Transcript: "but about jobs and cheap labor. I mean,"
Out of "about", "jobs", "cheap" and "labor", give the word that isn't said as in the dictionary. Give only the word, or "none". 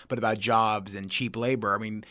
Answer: none